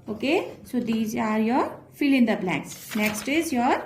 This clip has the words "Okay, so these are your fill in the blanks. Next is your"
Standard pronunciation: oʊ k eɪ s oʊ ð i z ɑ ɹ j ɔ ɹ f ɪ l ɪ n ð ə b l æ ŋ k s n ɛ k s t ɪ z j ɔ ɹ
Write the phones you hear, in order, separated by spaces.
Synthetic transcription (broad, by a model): oʊ k eɪ s oʊ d i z ɑ ɹ j ɔ ɹ f ɪ l ɪ n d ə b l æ k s n ɛ k s t ɪ z j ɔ ɹ